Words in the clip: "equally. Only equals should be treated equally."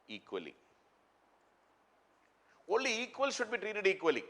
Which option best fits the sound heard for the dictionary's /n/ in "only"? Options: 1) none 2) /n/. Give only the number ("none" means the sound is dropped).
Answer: 1